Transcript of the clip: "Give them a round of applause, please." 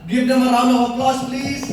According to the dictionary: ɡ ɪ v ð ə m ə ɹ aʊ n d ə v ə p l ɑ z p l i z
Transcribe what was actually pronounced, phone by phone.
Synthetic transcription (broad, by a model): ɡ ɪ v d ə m ə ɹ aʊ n ə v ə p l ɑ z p l i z